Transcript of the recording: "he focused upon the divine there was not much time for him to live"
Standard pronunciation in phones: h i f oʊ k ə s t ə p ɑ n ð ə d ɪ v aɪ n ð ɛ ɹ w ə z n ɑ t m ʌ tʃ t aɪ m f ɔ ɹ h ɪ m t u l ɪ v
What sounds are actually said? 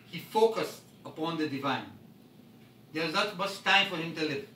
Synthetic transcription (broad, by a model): h i f oʊ k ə s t ə p ɑ n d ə d ɪ v aɪ n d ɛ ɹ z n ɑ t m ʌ s t aɪ m f ɔ ɹ h ɪ m t u l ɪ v